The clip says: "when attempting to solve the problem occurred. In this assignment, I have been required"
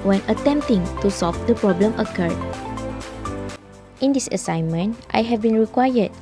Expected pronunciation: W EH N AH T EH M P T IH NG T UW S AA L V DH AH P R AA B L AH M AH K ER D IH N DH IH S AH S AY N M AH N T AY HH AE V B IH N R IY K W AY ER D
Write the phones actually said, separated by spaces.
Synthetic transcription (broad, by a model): W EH N AH T EH M P T IH NG T UW S AA L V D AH P R AA B L AH M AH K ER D IH N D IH S AH S AY N M AH N T AY HH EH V B IH N R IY K W AY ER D